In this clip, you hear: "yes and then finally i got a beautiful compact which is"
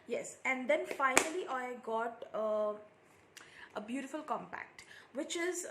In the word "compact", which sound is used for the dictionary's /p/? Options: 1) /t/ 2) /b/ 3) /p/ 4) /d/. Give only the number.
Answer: 3